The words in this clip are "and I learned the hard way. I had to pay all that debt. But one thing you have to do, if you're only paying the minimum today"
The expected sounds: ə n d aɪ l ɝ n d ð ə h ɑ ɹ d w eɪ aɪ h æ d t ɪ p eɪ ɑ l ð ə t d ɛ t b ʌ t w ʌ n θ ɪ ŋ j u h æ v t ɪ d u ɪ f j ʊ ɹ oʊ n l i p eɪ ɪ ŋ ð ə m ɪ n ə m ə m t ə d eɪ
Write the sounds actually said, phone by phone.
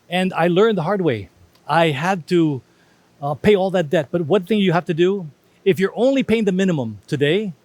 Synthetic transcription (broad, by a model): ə n aɪ l ɝ n ð ə h ɑ ɹ d w eɪ aɪ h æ d t ɪ p eɪ ɑ l ð ə t d ɛ t b ʌ t w ʌ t θ ɪ ŋ j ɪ h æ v t ɪ d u ɪ f j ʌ ɹ oʊ n l i p eɪ ɪ ŋ ð ə m ɪ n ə m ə m t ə d eɪ